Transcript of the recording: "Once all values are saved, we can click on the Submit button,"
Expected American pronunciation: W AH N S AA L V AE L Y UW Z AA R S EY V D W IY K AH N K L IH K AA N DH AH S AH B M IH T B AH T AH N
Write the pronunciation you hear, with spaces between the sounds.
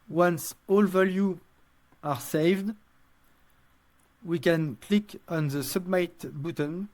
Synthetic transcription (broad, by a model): W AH N S AA L V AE L Y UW AA R S EY V D W IY K AH N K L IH K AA N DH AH S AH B M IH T B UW T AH N